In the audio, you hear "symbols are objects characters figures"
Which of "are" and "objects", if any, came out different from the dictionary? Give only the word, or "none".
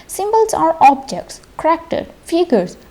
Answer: none